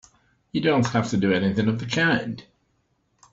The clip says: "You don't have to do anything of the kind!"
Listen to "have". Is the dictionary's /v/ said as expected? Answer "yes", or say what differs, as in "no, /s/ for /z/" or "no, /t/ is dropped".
no, /f/ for /v/